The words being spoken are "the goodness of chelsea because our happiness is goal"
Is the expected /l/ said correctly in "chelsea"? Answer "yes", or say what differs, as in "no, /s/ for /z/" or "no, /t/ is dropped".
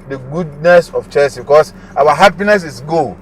no, /l/ is dropped